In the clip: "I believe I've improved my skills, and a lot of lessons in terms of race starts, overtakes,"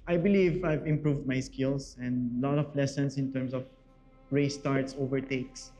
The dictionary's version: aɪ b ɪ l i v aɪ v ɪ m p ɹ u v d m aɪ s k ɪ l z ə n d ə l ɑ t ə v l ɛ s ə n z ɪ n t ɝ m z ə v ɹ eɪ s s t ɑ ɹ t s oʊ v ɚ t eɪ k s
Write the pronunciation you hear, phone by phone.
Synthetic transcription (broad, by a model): aɪ b ɪ l i v aɪ v ɪ m p ɹ u v d m aɪ s k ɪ l s ə n d l ɑ t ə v l ɛ s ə n s ɪ n t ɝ m s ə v ɹ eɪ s s t ɑ ɹ t s oʊ v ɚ t eɪ k s